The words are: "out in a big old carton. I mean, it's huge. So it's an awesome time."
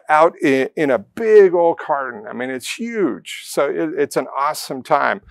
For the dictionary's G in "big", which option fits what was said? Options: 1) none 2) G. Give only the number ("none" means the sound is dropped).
2